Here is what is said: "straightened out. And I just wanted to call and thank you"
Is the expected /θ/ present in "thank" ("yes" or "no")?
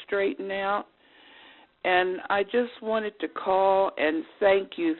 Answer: yes